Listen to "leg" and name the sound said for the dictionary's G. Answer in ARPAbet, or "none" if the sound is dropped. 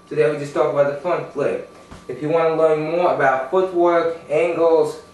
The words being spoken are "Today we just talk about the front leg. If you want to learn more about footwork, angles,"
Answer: none